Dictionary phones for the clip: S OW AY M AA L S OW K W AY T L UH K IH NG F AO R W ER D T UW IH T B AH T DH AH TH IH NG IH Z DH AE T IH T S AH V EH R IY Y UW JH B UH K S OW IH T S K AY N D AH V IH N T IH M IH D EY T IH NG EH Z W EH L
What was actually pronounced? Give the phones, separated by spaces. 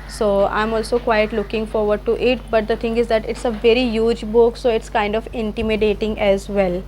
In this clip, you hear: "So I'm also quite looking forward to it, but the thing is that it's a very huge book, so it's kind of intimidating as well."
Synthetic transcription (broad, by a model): S OW AY M AA L S OW K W AY T L UH K IH NG F AO R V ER D T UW IH T B AH T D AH T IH NG IH Z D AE T IH T S AH V EH R IY Y UW JH B UH K S OW IH T S K AY N D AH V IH N T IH M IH D EY T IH NG EH Z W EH L